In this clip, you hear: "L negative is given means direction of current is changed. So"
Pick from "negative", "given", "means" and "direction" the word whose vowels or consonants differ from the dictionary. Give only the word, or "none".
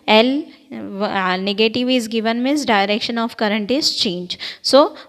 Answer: means